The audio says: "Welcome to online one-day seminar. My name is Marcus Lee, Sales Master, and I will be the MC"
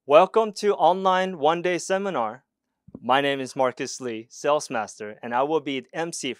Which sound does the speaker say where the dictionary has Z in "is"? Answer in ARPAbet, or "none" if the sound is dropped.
Z